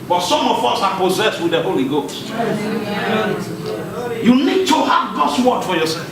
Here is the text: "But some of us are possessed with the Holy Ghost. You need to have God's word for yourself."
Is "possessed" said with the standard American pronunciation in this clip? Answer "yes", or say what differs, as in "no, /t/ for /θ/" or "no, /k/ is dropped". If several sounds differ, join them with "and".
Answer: yes